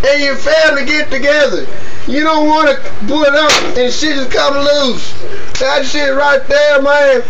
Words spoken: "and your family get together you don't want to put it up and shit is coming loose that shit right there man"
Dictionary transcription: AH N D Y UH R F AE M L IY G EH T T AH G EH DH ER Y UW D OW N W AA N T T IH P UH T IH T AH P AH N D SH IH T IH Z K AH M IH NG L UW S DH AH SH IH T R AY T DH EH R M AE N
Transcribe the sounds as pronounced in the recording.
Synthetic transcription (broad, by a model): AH N Y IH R F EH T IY G EH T T AH G EH DH ER Y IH D OW N W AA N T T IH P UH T IH T AH P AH N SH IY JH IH S K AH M L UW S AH S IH R AY T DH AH R M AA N